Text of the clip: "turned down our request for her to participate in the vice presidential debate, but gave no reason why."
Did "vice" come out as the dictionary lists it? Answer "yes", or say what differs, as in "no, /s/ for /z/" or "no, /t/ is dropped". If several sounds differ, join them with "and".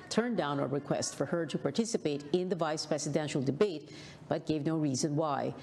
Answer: yes